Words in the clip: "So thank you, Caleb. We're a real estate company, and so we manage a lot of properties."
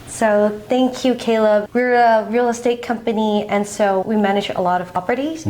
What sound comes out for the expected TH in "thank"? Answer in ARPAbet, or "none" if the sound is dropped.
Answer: TH